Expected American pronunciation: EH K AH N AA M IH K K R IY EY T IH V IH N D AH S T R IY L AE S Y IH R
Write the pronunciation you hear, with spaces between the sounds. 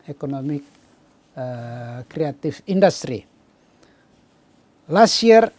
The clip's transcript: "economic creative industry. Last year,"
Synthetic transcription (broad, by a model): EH K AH N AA M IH K K R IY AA T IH F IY N D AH S T R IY L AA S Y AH R